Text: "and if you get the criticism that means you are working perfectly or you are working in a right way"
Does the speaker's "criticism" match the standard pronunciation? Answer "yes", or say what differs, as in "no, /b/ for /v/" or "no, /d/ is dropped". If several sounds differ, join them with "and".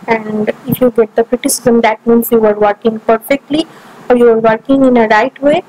yes